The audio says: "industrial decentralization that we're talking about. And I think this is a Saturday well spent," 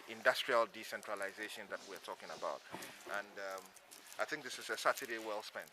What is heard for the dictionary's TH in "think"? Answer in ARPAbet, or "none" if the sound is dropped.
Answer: TH